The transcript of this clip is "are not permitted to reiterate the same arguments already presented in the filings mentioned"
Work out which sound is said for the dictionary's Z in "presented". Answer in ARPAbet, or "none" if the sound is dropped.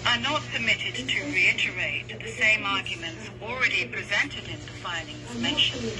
Z